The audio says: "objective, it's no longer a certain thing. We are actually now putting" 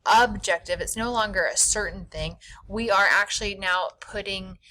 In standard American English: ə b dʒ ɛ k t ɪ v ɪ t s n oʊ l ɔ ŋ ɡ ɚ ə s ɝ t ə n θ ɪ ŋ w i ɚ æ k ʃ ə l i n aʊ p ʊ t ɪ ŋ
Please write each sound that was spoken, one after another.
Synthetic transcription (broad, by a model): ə b dʒ ɛ k t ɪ v ɪ t s n oʊ l ɔ ŋ ɡ ɚ ə s ɝ t n θ ɪ ŋ w i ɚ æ k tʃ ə l i n aʊ p ʊ t ɪ ŋ